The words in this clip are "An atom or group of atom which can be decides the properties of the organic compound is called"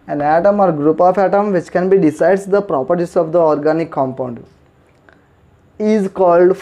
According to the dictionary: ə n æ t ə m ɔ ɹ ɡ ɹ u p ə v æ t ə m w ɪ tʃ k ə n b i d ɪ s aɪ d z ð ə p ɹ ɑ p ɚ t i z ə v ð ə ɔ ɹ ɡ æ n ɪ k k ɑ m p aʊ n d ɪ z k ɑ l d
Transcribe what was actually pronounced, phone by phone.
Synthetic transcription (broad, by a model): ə n æ t ə m ɔ ɹ ɡ ɹ u p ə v æ t ə m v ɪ tʃ k ə n b i d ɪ s aɪ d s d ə p ɹ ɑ p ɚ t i s ə v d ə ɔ ɹ ɡ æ n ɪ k k ɑ m p aʊ n d ɪ z k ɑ l d